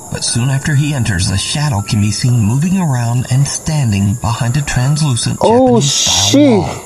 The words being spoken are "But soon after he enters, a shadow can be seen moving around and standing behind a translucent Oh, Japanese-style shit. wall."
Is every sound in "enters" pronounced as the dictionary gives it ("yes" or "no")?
yes